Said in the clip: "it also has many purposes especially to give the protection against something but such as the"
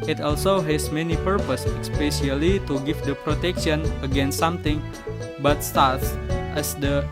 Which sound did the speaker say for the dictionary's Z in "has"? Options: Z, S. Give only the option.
S